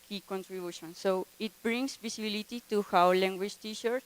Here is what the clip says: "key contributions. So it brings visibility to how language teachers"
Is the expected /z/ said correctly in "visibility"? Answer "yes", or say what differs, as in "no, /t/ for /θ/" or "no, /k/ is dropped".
no, /s/ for /z/